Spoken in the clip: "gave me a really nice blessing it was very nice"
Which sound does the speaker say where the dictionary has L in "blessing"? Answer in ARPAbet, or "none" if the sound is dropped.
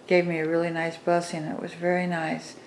none